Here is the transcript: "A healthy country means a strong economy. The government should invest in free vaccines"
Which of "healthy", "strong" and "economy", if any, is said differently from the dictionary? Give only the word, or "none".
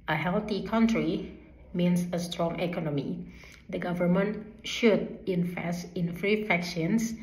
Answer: healthy